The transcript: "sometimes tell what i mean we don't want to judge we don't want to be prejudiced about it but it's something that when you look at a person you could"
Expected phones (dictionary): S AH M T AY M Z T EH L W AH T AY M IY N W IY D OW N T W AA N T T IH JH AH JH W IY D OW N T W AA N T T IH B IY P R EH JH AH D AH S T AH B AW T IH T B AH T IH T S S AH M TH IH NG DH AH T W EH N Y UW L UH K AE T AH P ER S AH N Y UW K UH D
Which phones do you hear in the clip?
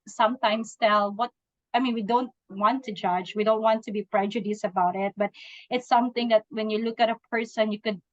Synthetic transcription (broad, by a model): S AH M T AY M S T EH L W AH T AY M IY N W IY D OW N T W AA N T T IH JH AH JH W IY D OW N T W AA N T T IH B IY P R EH JH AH D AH S AH B AW T IH T B AH T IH T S S AH M TH IH NG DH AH T W EH N Y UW L UH K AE T AH P ER S AH N Y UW K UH D